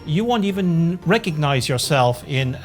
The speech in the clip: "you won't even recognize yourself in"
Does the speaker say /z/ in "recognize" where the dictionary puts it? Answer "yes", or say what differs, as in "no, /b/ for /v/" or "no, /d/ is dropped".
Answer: yes